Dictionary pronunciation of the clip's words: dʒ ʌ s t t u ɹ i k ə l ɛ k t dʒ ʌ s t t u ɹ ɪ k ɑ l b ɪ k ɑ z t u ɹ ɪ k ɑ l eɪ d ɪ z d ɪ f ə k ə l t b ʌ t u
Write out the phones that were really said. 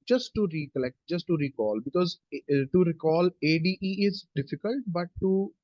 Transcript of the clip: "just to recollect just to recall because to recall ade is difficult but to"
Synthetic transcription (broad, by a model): dʒ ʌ s t t u ɹ i k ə l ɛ k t dʒ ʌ s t t u ɹ ɪ k ɑ l b ɪ k ɑ z t u ɹ ɪ k ɑ l eɪ d ɪ z d ɪ f ə k ə l t b ʌ t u